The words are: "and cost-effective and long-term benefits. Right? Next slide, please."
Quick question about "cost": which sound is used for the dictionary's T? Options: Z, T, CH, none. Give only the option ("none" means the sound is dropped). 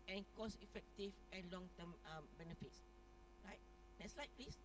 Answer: none